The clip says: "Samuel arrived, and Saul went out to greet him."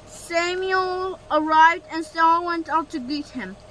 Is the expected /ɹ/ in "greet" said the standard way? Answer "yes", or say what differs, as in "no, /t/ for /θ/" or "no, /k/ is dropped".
no, /ɹ/ is dropped